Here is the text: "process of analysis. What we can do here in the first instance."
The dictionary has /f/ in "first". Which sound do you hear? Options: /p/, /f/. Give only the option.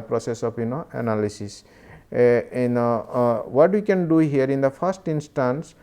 /p/